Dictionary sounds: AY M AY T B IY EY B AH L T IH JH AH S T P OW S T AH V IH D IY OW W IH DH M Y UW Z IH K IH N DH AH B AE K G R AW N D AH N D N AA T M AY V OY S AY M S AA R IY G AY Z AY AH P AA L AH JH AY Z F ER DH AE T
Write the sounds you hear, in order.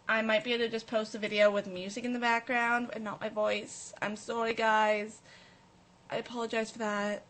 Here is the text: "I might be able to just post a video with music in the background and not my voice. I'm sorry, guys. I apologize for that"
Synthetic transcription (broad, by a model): AY M AY T B IY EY AH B T IH JH AH S P OW S T AH V IH D IY OW W IH DH M Y UW Z IH K IH N DH AH B AE K G R AW N D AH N N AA T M AY V OY S AY M S AA R IY G AY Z AY AH P AA L AH JH AY Z F ER DH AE T